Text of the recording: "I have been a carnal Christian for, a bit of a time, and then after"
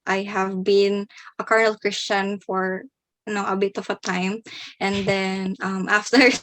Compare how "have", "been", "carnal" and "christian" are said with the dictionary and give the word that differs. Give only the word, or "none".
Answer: none